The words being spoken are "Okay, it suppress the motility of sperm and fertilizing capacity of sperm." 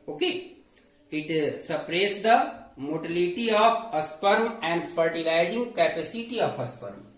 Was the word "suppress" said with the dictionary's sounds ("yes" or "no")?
yes